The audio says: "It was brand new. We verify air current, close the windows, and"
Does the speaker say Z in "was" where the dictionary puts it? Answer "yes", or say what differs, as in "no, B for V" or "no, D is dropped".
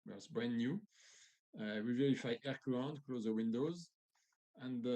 no, S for Z